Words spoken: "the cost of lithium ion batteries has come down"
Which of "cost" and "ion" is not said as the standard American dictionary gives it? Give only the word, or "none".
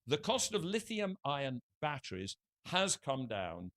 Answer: none